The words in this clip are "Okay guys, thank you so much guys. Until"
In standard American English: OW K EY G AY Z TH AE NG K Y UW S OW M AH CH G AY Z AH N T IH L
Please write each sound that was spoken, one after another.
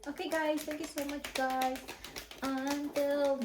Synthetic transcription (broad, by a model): OW K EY G AY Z T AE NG K Y UW S OW M AH CH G AY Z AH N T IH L